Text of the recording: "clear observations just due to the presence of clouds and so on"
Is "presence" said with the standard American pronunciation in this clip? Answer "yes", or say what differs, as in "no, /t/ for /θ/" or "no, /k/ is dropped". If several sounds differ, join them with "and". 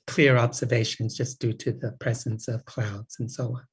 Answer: yes